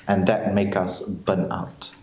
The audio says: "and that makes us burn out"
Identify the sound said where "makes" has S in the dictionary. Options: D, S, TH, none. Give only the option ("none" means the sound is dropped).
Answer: none